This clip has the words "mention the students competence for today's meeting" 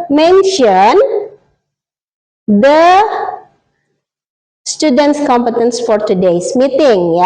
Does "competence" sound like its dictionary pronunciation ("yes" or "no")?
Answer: yes